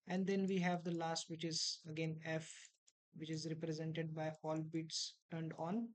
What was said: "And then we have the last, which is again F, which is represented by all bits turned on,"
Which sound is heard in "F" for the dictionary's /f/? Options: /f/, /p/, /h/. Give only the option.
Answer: /f/